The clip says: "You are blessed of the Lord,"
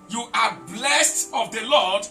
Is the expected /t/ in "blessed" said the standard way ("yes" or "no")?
yes